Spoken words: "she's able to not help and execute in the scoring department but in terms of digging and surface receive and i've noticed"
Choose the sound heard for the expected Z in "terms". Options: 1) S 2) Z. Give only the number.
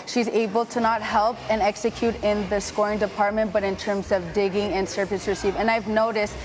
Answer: 2